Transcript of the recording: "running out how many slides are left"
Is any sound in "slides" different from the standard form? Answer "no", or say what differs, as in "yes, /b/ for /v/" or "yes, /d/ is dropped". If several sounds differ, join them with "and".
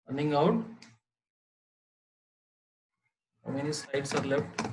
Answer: yes, /l/ is dropped and /s/ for /z/